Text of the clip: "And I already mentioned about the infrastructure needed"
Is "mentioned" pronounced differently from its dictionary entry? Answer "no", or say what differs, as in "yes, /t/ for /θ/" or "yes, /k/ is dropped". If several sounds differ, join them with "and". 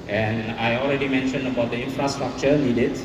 no